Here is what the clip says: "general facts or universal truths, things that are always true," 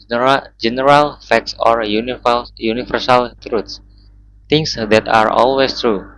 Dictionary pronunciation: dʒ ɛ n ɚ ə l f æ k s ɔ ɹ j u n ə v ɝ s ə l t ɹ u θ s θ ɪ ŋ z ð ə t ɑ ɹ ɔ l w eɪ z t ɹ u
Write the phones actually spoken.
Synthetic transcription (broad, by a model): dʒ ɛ n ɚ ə l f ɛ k s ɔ ɹ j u n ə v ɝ s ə l t ɹ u t s t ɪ ŋ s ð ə t ɑ ɹ ɔ l w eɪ s t ɹ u